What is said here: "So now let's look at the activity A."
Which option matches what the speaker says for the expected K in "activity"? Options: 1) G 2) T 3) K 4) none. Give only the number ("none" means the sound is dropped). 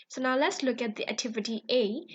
3